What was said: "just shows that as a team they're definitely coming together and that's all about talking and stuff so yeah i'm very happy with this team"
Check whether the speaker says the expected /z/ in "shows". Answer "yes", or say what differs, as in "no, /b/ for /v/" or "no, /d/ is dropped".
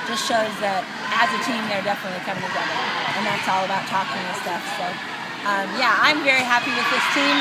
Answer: yes